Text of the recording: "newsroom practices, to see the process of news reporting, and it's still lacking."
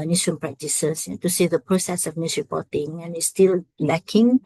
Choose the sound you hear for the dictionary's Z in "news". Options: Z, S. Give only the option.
S